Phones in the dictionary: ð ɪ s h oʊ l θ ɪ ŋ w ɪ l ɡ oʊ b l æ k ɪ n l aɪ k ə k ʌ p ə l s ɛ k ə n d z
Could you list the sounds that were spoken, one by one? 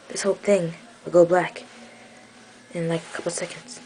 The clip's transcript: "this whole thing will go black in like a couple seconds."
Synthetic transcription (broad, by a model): ð ɪ s h oʊ l θ ɪ ŋ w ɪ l ɡ oʊ b l æ k ɪ n l aɪ k ə k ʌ p l s ɛ k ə n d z